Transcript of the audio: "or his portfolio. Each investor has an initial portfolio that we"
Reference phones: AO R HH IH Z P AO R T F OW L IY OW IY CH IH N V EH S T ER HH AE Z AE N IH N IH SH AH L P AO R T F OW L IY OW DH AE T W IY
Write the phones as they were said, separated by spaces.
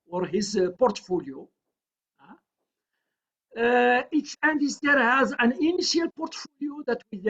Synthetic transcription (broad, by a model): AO R HH IH Z P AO R T F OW L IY OW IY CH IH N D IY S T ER HH AE Z AE N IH N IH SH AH L P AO R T F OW L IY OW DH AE T W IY